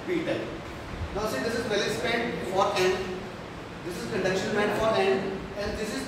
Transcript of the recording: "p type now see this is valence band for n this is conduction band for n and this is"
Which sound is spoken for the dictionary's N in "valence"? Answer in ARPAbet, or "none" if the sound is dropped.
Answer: none